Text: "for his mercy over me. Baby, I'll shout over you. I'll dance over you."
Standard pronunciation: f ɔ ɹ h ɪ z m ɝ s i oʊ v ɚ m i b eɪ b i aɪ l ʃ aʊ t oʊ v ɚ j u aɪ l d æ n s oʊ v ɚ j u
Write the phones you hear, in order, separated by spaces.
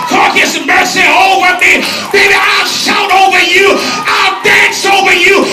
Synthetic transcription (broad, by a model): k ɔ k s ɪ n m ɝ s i oʊ v ɚ m i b eɪ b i aɪ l ʃ aʊ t oʊ v ɚ j u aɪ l d æ n s oʊ v ɚ j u